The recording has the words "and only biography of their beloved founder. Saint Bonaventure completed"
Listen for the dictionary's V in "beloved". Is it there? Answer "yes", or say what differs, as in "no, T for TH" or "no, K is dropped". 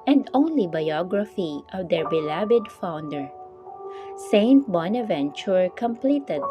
no, B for V